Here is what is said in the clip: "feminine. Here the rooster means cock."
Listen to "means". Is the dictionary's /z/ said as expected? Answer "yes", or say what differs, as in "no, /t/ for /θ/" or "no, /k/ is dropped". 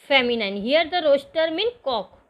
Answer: no, /z/ is dropped